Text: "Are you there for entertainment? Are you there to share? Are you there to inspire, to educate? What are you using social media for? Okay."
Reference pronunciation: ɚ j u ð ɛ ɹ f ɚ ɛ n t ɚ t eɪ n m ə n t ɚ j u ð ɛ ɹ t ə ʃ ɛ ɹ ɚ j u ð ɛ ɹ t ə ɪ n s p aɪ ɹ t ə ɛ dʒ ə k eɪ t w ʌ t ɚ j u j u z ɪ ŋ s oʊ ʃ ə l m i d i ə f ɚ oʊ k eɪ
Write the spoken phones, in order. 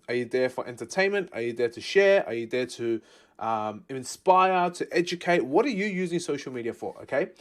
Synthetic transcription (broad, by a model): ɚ j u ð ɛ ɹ f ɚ ɛ n t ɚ t eɪ n m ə n t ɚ j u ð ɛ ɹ t ə ʃ ɛ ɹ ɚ j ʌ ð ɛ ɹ t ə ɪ n s p aɪ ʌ t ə ɛ dʒ ə k eɪ t w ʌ t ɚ j u j u z ɪ ŋ s oʊ ʃ ə l m i d i ə f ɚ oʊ k eɪ